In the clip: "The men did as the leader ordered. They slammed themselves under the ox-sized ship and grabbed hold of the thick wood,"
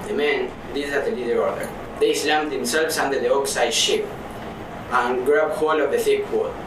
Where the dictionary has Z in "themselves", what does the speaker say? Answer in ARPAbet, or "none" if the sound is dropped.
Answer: S